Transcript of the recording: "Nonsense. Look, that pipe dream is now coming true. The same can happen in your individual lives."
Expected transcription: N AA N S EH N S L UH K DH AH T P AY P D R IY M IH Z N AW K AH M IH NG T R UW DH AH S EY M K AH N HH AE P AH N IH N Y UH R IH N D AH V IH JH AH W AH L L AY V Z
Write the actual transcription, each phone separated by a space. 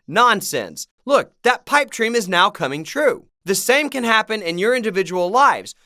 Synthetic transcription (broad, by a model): N AA N S EH N S L UH K DH AH T P AY P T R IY M IH Z N AW K AH M IH NG T R UW DH AH S EY M K AH N HH AE P AH N IH N Y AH R IH N D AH V IH JH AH W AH L L AY V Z